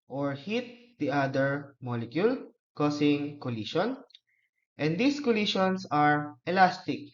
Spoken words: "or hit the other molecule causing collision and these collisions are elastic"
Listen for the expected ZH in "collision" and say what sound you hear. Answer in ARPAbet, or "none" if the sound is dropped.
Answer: SH